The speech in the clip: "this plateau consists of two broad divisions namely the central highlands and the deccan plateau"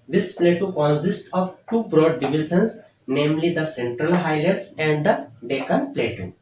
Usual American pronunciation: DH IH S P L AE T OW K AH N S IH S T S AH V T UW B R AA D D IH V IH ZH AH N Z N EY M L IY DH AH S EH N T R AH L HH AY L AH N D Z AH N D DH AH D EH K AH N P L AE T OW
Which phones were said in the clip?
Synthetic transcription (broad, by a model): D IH S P L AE T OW K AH N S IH S T AH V T UW B R AA D D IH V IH SH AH N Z N EY M L IY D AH S EH N T R AH L HH AY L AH D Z AH N D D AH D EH K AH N P L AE T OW